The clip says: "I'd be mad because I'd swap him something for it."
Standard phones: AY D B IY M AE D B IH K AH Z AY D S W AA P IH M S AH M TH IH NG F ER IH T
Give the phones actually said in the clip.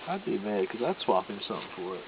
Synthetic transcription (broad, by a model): AY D B IY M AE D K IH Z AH IH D S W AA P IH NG S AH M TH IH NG F ER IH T